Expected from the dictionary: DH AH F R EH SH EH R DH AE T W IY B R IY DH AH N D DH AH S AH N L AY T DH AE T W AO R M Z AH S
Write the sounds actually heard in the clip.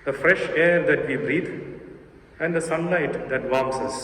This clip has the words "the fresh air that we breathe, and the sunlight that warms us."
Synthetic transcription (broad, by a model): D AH F R EH SH EH R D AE T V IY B R IY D AH N D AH S AH N L AY T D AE T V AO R M S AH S